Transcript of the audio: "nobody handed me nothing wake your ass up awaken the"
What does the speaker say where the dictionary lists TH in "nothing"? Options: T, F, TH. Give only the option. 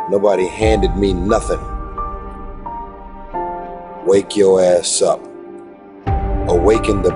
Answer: TH